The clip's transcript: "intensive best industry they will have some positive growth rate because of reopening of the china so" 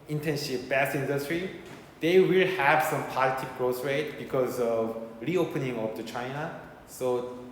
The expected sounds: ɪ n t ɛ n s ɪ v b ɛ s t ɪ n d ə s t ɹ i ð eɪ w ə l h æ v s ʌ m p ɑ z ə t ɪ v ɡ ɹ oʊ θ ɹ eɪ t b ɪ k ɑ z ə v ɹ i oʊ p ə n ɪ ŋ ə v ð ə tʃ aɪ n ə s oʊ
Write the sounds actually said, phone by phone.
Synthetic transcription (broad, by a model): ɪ n t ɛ n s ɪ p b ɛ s ɪ n d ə s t ɹ i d eɪ w ə l h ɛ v s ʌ m p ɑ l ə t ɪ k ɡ ɹ oʊ s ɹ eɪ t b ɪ k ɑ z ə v ɹ i oʊ p ə n ɪ ŋ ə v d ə tʃ aɪ n ə s oʊ